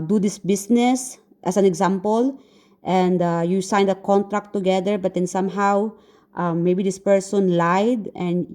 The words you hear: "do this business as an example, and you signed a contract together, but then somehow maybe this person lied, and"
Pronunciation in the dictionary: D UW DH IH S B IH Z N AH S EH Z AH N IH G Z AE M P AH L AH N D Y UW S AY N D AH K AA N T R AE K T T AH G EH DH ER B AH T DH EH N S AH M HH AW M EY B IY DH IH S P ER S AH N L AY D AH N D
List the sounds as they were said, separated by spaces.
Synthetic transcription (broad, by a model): D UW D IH S B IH S N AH S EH S AH N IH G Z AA M P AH L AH N D Y UW S AY N D AH K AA N T R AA K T T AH G EH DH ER B AH T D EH N S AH M HH AW M EY B IY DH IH S P ER S AH N L AY D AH N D